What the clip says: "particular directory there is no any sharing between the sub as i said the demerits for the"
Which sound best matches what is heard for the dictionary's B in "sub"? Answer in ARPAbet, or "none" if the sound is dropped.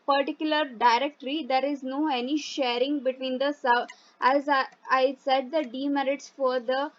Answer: none